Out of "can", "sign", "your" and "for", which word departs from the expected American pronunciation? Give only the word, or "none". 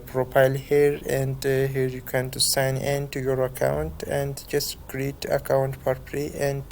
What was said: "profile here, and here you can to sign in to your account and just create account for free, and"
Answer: for